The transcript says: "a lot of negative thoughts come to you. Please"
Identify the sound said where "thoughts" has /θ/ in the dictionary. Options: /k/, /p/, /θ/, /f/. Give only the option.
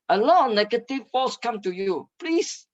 /f/